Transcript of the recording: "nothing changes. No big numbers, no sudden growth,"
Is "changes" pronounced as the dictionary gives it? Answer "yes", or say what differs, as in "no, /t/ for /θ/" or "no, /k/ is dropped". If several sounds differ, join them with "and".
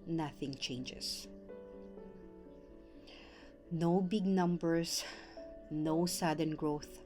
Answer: no, /s/ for /z/